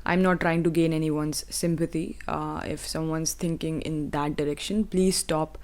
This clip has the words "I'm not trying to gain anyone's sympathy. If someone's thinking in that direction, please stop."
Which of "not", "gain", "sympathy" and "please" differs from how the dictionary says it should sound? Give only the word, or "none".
sympathy